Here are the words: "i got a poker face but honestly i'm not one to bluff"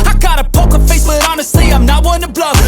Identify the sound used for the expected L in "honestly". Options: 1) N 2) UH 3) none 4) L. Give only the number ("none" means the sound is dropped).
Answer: 3